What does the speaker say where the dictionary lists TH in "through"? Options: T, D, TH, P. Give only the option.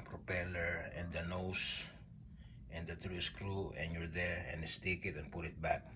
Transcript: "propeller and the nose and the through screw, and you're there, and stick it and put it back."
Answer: T